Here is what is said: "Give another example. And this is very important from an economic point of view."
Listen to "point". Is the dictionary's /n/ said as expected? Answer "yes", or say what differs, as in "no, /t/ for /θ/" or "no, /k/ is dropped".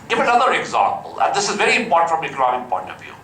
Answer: yes